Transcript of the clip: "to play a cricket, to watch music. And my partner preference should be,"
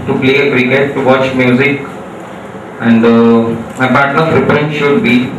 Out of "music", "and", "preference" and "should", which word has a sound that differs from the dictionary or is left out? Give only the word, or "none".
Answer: preference